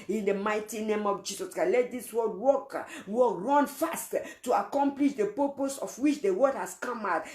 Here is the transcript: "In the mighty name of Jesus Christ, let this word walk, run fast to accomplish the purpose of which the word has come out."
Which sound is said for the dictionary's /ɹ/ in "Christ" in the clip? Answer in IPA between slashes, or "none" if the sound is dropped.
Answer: none